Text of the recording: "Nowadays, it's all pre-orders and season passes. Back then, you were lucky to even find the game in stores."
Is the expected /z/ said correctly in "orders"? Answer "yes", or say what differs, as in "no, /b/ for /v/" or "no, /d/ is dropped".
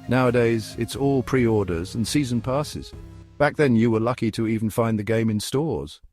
yes